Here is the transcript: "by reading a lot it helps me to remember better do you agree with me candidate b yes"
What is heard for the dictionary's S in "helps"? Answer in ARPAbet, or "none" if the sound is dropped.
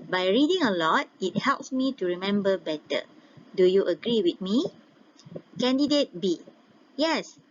S